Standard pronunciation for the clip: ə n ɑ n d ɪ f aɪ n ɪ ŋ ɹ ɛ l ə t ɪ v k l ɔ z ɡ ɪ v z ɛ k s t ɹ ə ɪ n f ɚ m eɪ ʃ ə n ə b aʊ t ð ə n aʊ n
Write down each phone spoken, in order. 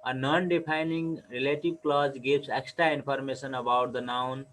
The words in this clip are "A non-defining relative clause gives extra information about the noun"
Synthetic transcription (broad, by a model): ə n ɑ n d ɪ p aɪ n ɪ ŋ ɹ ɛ l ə t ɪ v k l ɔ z ɡ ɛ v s ɛ k s t ɹ ə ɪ n p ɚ m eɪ s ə n ə b aʊ t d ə n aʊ n